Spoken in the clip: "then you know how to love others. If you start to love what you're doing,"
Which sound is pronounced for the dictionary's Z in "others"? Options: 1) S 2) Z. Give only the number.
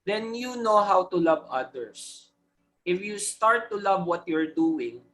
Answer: 1